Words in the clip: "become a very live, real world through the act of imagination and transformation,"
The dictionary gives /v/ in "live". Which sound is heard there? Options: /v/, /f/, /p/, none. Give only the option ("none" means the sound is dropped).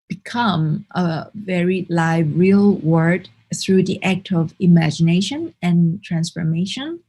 /v/